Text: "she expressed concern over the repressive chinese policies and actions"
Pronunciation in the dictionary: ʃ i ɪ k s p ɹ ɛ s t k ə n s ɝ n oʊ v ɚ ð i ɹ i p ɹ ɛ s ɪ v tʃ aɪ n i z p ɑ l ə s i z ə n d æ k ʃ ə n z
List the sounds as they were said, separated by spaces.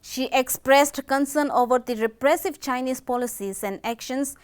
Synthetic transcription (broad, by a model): ʃ i ɪ k s p ɹ ɛ s t k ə n s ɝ n oʊ v ɚ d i ɹ i p ɹ ɛ s ɪ v tʃ aɪ n i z p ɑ l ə s i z ə n d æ k ʃ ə n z